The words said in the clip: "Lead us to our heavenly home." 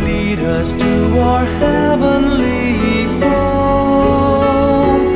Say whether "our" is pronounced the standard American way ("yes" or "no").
yes